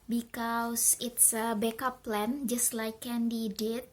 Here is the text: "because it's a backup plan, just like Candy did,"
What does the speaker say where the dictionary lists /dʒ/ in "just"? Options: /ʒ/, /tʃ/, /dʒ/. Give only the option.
/dʒ/